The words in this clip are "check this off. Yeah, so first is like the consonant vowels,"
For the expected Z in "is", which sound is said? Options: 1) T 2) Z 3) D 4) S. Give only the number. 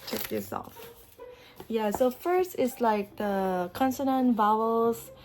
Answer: 4